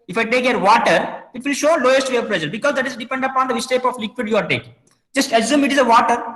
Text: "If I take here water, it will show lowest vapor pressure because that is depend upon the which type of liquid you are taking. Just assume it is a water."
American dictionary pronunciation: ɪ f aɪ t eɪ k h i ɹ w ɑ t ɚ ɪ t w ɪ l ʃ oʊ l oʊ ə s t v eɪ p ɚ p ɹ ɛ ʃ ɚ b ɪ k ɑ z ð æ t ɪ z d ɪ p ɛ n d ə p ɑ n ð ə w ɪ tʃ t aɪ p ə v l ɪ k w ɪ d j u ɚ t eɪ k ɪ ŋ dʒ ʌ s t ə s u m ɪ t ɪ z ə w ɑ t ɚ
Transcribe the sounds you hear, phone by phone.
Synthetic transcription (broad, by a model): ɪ f aɪ t eɪ k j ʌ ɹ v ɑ t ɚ ɪ t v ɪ l ʃ oʊ l oʊ ə s t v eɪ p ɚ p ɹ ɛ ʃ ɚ b ɪ k ɑ z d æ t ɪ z d ɪ p ɛ n d ə p ɑ n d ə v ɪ s t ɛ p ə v l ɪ k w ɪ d j u ɚ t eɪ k dʒ ʌ s t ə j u m ɪ t ɪ z ə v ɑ t ɚ